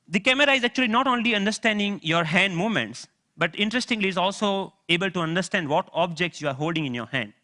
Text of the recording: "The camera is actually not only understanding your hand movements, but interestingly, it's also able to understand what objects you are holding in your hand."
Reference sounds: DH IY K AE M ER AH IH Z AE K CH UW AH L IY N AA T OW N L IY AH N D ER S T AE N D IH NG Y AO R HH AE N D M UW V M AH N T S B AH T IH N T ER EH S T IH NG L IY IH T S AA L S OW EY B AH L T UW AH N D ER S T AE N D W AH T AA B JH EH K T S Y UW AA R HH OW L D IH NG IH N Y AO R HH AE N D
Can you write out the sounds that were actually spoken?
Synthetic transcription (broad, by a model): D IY K AE M ER AH IH Z AE K CH UW AH L IY N AA T OW N L IY AH N D ER S T AE N D IH NG Y AO R HH AE N D M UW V M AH N T S B AH T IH N T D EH S T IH NG L IY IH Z AA L S OW EY B AH L T UW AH N D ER S T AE N D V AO T AA B JH EH K T S Y UW AA R HH OW L D IH NG IH N Y AO R HH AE N D